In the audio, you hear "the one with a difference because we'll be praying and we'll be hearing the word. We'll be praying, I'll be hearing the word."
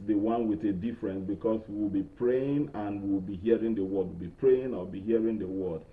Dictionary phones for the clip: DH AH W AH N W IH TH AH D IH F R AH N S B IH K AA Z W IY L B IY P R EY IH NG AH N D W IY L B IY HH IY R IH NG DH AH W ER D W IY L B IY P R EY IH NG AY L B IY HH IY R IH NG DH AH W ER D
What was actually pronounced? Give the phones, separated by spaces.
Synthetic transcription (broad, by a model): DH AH W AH N W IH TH AH D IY F R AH N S B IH K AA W W IY L B IY P R EY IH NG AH N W W IY L B IY HH IY R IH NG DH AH W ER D W IY L B IY P R EY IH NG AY W B IY HH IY R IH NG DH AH W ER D